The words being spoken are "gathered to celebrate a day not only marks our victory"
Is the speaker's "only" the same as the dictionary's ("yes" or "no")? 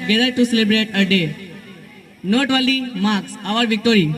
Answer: no